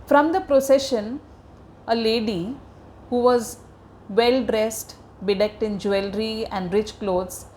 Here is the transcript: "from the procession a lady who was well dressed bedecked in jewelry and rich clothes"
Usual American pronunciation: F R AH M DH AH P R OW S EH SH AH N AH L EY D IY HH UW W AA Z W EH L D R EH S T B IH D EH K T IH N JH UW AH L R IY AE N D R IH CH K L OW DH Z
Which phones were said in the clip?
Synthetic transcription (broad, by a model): F R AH M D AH P R OW S EH SH AH N AH L EY D IY HH UW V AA Z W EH L D R EH S T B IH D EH K T IH N JH UW AH L R IY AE N D R IH CH K L OW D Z